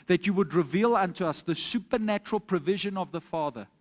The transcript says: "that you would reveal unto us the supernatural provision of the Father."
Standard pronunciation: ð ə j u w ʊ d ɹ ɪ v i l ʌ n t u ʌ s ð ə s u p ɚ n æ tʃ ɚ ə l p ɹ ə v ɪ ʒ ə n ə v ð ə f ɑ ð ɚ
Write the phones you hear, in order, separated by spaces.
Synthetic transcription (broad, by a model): ð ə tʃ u w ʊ d ɹ ɪ v i l ʌ n t u ʌ s ð ə s u p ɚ n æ tʃ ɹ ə l p ɹ ə v ɪ ʒ ə n ə v ð ə f ɑ ð ɚ